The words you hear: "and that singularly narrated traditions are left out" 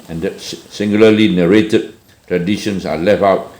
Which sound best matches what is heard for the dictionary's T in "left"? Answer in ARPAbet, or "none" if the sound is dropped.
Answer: none